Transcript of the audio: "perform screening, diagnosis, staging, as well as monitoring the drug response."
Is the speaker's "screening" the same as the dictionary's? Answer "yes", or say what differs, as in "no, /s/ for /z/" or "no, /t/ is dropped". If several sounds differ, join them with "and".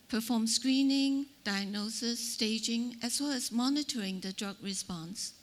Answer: yes